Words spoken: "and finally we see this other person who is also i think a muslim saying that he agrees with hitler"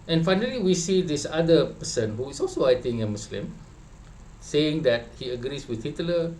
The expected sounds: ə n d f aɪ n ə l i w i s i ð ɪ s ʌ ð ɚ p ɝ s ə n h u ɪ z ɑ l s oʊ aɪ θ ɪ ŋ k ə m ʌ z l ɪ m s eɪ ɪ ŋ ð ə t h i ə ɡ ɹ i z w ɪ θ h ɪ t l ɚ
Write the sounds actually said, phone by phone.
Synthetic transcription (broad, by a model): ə n f aɪ n ə l i w i s i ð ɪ s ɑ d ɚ p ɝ s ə n h u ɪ s ɑ l s oʊ aɪ t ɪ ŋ ə m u s l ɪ m s eɪ ɪ ŋ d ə t h i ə ɡ ɹ i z w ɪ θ h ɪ t l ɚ